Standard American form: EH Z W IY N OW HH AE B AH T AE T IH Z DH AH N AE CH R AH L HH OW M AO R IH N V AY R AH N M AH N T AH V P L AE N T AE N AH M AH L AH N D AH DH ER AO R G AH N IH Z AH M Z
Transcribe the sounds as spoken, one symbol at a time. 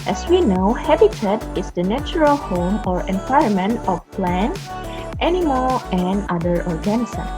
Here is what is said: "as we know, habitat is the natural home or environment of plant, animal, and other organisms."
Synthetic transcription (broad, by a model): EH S W IY N OW HH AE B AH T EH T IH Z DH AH N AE CH R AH L HH OW M AO R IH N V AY AH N M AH N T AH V P L AE N T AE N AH M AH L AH N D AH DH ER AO R G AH N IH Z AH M